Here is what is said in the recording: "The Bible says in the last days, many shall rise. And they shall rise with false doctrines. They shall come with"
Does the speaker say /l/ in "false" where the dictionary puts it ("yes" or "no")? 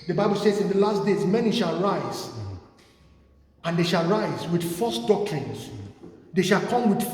no